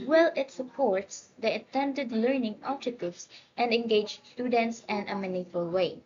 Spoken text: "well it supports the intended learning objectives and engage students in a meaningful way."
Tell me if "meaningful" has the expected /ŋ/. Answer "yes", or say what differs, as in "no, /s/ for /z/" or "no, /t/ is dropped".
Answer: no, /ŋ/ is dropped